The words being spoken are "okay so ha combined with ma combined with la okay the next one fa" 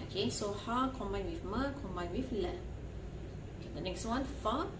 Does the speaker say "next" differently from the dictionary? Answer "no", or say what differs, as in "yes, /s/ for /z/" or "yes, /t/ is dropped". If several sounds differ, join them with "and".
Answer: no